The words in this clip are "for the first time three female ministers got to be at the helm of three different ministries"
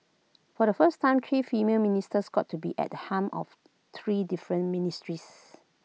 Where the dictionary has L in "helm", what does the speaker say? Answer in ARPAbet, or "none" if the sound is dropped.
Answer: none